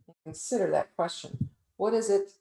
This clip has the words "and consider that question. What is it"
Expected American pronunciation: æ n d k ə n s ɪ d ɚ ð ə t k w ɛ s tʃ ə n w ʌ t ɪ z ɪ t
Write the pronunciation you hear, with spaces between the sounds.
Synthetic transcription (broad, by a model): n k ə n s ɪ d ɚ ð ə t k w ɛ s tʃ ə n w ʌ t ɪ z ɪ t